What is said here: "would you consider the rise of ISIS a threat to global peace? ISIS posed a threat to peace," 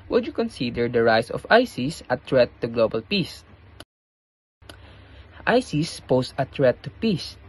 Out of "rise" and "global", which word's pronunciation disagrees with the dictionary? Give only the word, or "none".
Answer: rise